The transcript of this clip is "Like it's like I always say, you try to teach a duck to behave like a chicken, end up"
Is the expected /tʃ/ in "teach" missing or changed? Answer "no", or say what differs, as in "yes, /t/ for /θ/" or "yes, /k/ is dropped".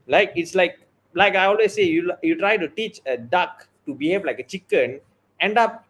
no